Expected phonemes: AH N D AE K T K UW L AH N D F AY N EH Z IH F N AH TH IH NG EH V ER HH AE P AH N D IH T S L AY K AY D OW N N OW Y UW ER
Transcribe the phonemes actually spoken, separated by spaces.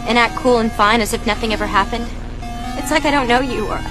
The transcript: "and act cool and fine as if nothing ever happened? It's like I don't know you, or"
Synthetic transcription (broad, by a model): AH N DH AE T K UW L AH N F AY N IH Z IH F N AH TH IH NG EH V ER HH AE P AH N D IH T S L AY K AY D OW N N OW Y UW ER